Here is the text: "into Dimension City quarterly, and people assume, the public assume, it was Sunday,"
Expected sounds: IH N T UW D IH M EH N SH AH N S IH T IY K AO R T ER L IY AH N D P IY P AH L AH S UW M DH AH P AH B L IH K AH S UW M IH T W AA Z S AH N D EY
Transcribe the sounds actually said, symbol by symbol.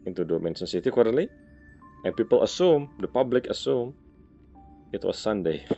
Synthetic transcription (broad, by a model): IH N T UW D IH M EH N S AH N S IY T IY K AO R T L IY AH N P IY P AH L AH S UW M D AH P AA B L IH K AH S UW M IH T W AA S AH N D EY